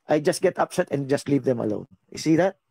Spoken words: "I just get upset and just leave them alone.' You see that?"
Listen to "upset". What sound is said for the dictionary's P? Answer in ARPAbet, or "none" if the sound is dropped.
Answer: P